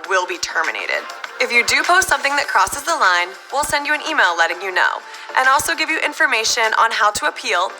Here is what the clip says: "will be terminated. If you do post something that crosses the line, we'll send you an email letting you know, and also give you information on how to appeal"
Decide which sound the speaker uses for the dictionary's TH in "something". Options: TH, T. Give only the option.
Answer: TH